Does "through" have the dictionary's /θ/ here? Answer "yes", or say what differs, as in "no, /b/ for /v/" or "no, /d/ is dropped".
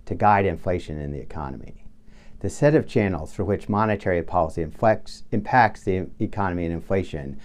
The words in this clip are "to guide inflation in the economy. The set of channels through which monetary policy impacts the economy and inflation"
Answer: no, /f/ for /θ/